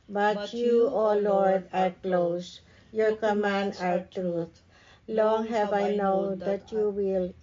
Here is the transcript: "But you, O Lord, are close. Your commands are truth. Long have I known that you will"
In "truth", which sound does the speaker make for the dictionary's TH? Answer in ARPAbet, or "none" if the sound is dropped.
T